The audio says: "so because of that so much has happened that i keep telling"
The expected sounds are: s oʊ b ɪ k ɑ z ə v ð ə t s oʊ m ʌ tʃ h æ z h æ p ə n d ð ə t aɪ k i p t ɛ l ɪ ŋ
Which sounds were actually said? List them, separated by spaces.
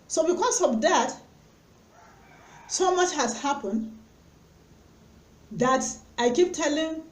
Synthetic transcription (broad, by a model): s oʊ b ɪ k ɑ s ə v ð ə t s oʊ m ʌ tʃ h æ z h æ p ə n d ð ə t aɪ k i p t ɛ l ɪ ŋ